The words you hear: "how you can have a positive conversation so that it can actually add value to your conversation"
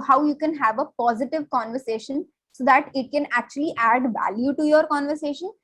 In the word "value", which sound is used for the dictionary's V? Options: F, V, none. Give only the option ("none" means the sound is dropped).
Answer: V